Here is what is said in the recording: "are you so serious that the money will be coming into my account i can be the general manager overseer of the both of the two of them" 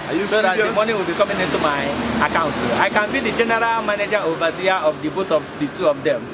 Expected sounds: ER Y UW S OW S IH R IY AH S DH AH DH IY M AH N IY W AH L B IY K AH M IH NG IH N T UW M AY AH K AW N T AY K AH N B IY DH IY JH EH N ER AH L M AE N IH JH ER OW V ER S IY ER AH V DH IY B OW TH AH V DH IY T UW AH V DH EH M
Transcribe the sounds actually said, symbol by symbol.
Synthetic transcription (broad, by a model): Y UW S OW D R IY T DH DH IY M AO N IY W AH L B IY K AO M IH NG IH N T UW M AY AH K AW N T AY K AH N B IY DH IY JH EH N ER AH L M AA N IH JH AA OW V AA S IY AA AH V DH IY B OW T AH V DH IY T UW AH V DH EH M